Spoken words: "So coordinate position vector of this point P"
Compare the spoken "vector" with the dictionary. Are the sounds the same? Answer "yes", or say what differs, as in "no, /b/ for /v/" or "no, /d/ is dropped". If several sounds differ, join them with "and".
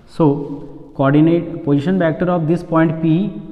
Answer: no, /p/ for /v/